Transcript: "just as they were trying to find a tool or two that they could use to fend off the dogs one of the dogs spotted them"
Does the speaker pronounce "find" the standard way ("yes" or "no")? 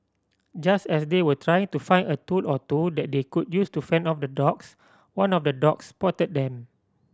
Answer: no